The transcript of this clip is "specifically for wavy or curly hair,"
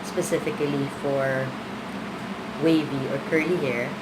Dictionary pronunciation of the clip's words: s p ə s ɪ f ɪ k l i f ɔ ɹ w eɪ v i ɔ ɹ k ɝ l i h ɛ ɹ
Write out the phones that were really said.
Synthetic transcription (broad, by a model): s p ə s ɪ f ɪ k l i f ɔ ɹ w eɪ v i ɔ ɹ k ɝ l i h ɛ ɹ